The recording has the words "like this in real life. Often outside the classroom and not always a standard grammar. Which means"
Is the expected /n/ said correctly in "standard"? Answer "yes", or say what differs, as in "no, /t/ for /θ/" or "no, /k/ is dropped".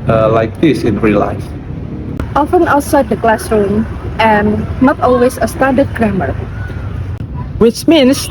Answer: no, /n/ is dropped